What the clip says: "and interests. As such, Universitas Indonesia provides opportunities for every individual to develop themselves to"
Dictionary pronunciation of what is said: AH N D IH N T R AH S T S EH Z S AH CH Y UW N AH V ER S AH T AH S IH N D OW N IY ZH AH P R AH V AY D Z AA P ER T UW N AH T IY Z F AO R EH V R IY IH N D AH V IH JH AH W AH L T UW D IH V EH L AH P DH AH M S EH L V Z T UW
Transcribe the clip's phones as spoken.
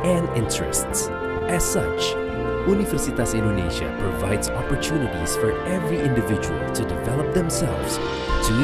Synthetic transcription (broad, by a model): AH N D IH N T R AH S T S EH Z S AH CH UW N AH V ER S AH T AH S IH N D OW N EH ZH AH P R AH V AY D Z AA P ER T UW N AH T IY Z F AO R EH V R IY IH N D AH V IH JH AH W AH L T UW D IH V EH L AH P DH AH M S EH L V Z T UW